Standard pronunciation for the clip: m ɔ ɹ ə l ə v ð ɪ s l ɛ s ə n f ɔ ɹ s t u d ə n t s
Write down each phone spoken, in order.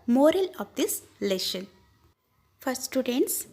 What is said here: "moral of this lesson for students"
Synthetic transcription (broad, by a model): m ɔ ɹ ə l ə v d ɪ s l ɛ ʃ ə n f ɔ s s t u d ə n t s